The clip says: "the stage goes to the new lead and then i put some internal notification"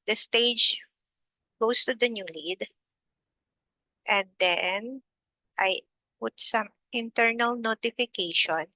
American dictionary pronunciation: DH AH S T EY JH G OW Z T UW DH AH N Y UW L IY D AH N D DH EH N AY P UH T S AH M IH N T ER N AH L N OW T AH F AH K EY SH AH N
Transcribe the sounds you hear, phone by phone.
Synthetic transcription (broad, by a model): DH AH S T EY JH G OW S T UW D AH N Y UW L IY D AH N D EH N AY P UH T S AH M IH N T ER N AH L N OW T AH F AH K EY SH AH N